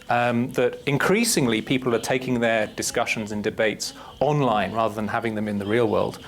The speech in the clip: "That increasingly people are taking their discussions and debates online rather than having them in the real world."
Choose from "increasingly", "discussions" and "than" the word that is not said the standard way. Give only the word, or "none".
none